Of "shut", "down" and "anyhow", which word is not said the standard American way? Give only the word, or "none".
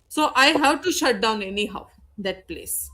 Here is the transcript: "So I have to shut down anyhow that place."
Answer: none